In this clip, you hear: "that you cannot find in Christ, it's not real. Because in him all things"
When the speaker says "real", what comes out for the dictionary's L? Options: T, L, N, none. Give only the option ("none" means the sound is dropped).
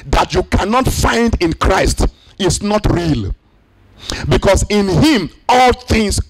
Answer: L